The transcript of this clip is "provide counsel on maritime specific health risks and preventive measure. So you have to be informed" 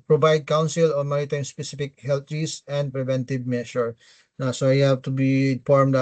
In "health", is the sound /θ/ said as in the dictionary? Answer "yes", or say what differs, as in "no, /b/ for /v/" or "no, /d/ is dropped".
no, /t/ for /θ/